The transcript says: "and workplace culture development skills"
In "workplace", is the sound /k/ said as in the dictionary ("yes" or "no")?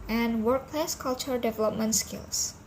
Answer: yes